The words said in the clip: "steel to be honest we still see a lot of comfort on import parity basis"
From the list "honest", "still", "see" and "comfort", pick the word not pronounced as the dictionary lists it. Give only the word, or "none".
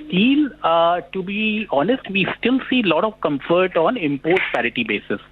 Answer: none